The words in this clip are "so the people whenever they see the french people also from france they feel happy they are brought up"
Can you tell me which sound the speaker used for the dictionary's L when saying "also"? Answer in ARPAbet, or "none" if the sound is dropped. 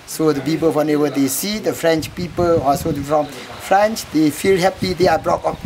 none